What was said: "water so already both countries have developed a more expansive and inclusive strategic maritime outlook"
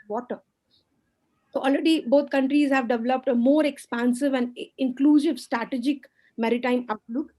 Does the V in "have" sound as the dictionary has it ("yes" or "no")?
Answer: yes